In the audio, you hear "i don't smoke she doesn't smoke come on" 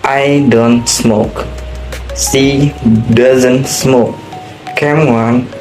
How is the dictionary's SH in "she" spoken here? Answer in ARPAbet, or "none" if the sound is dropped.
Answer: S